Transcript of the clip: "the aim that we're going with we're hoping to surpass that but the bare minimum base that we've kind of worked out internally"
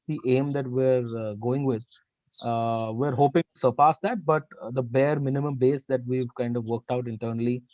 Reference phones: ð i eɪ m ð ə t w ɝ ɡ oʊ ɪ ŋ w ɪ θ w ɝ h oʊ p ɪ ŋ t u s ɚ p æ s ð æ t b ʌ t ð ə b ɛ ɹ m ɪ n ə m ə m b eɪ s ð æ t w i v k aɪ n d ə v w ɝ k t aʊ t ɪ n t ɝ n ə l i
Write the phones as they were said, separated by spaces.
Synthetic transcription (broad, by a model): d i eɪ m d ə t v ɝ ɡ oʊ ɪ ŋ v ɪ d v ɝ h oʊ p ɪ ŋ t u s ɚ p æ s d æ t b ʌ t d ə b ɛ ɹ m ɪ n ə m ə m b eɪ s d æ t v i v k aɪ n d ə v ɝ k t aʊ t ɪ n t ɝ n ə l i